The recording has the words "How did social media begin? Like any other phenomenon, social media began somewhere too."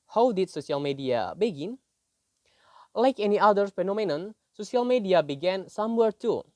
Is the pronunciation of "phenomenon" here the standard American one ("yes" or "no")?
yes